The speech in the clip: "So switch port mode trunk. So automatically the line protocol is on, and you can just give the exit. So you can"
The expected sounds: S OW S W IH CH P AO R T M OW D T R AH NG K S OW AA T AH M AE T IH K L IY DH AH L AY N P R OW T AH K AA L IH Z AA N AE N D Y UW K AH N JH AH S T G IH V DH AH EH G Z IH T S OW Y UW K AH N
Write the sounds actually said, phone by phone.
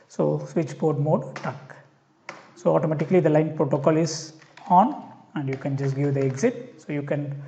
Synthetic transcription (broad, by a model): S OW S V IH CH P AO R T M OW D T AH K S OW AA T AH M AE T IH K L IY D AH L AY N P R OW T AH K AA L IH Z AA N AE N D Y UW K AH N JH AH S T G IH V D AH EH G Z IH T S OW Y UW K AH N